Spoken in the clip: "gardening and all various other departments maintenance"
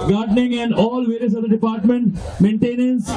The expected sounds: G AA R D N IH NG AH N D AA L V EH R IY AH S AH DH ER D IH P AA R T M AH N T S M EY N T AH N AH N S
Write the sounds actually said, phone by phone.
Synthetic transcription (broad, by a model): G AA R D N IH NG AH N D AA L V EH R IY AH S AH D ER D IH P AA R T M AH N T M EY N T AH N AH N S